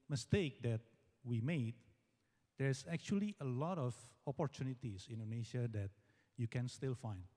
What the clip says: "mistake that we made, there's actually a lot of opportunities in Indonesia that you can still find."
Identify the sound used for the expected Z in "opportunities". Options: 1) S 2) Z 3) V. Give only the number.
1